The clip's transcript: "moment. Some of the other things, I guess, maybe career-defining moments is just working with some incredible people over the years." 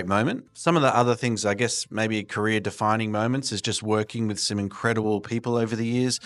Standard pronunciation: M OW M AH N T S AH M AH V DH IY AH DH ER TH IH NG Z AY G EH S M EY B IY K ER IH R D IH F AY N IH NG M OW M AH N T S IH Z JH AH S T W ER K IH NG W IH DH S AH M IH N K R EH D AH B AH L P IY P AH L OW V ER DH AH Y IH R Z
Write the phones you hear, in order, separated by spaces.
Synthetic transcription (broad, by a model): M OW M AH N T S AH M AH V DH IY AH DH ER TH IH NG Z AY G EH S M EY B IY K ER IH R D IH F AY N IH NG M OW M AH N T S IH Z JH AH S T W ER K IH NG W IH DH S AH M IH N K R EH D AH B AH L P IY P AH L OW V ER DH AH Y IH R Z